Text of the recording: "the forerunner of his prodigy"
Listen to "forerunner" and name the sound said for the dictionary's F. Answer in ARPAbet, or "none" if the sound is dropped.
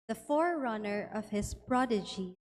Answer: F